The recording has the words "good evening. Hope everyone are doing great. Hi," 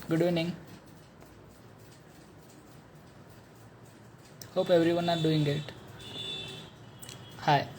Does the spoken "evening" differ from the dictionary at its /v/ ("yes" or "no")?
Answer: yes